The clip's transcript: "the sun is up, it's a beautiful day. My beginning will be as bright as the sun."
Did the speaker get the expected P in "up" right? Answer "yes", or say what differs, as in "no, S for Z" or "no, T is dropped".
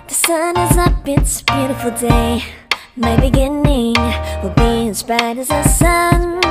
no, B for P